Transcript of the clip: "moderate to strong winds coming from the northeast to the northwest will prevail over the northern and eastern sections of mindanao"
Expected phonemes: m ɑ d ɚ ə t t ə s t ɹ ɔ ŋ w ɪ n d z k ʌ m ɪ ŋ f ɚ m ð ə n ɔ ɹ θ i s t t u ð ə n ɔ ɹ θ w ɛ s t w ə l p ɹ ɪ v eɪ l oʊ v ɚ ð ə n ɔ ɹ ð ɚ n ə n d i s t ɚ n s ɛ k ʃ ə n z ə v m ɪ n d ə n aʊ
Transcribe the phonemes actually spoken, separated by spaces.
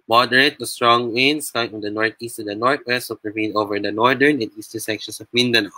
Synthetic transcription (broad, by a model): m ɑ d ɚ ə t t ə s t ɹ ɔ ŋ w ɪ n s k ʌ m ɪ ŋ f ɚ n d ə n ɔ ɹ t i s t t u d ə n ɔ ɹ t w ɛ s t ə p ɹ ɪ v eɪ n oʊ v ɚ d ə n ɔ ɹ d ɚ n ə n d i s t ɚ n s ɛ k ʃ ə n s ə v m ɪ n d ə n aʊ